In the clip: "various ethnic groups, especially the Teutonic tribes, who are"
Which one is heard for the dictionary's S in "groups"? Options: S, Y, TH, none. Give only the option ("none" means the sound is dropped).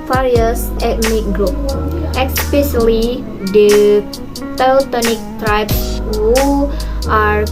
none